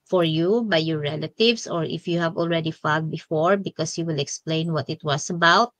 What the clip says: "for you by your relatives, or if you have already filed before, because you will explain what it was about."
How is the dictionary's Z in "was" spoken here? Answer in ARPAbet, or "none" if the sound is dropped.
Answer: S